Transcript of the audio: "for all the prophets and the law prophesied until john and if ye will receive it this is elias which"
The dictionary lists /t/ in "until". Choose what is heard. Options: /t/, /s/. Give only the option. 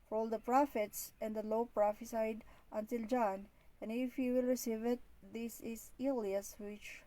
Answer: /t/